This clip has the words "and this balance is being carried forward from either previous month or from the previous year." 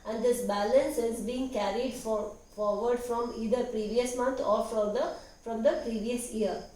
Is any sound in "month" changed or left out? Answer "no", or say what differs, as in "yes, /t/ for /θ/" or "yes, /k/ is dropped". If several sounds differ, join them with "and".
yes, /t/ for /θ/